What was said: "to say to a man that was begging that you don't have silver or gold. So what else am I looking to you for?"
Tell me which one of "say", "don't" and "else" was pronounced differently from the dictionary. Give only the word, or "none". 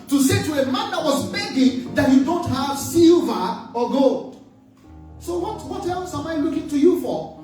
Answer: else